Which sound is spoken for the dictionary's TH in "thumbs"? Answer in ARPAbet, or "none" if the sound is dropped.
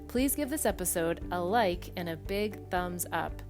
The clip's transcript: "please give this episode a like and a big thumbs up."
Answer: TH